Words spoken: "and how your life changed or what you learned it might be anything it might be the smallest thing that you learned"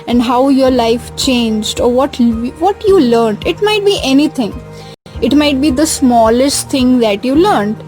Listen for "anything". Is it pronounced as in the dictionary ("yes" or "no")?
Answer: no